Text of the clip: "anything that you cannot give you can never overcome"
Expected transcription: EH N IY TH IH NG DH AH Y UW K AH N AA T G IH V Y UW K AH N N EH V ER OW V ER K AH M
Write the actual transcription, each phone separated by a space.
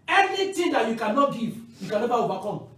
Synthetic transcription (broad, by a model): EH N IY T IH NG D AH Y UW K AH N AA T G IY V Y UW K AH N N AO B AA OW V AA K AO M